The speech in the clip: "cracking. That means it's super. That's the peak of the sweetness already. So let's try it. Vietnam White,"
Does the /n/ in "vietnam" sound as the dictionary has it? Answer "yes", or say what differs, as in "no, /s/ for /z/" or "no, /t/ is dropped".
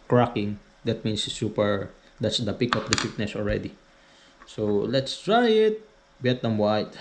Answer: no, /n/ is dropped